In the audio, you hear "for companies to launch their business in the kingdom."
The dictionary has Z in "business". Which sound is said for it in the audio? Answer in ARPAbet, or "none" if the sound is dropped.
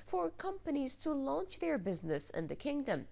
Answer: Z